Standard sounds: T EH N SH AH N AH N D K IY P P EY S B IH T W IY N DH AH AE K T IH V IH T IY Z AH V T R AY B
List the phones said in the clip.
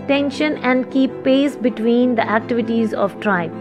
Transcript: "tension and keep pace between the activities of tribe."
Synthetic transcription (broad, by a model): T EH N SH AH N AH N D K IY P P EY S B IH T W IY N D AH AE K T IH V IH T IY Z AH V T R AY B